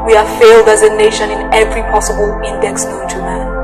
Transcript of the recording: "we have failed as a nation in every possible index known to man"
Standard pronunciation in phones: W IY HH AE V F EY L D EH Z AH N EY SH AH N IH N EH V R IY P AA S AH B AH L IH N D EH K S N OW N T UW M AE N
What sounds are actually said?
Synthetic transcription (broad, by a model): W IY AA F EY L D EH Z AH N EY SH AH N IH N EH V R IY P AA S AH B AH L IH N D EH K S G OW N T UW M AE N